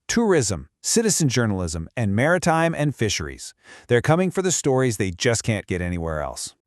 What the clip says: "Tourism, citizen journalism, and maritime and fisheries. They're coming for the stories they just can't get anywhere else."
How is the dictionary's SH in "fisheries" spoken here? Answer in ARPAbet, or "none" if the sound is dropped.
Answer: SH